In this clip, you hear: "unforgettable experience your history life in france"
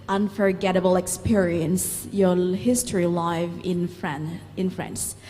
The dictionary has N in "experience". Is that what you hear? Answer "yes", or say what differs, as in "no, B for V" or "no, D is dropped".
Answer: yes